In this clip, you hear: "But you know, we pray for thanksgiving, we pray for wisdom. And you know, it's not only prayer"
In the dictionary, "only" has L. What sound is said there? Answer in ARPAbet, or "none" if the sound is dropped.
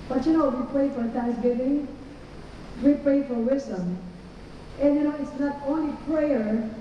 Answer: L